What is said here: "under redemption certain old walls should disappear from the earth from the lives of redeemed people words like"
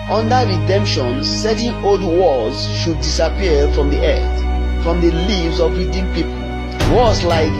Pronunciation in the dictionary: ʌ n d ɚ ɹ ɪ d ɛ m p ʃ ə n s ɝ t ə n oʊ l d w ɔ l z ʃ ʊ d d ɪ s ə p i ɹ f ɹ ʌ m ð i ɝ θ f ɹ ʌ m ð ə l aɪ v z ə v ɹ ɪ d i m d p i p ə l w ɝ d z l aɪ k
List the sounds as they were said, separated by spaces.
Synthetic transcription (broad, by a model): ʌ n d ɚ ɹ ɪ d ɛ m p ʃ ə n s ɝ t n oʊ l d w ɔ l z ʃ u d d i s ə p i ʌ f ɹ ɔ m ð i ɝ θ f ɹ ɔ m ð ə l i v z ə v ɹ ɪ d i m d p i p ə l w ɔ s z l aɪ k